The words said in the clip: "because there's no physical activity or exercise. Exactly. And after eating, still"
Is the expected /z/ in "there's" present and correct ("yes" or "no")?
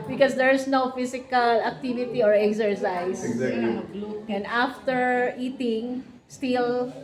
no